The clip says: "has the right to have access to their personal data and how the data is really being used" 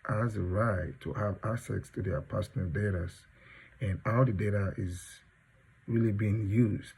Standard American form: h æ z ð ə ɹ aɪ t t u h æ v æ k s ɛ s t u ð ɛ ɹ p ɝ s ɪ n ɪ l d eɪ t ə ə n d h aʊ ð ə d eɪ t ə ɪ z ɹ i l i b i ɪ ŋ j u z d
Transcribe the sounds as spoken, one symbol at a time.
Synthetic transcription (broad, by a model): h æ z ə ɹ aɪ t t u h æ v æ s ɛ s t u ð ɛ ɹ p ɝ s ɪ n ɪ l d eɪ t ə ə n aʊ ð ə d eɪ t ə ɪ z ɹ i l i b i ɪ ŋ j u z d